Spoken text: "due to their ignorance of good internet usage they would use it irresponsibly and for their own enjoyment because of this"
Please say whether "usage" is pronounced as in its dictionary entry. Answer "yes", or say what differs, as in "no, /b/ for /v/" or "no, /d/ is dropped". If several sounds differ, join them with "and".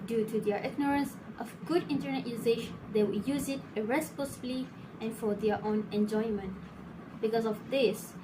no, /ʃ/ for /s/